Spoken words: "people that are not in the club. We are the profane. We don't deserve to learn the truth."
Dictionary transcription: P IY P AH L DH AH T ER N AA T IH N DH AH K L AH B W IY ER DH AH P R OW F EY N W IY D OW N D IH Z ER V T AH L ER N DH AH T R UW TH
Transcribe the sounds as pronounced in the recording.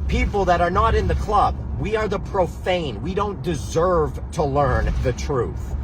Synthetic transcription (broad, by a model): P IY P L DH AH T ER N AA T IH N DH AH K L AH B W IY ER DH AH P R OW F EY N W IY D OW N D IH Z ER V T AH L ER N DH AH T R UW TH